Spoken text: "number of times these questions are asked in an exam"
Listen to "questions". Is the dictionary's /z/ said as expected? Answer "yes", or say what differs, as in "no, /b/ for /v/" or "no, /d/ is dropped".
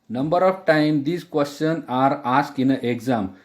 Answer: no, /z/ is dropped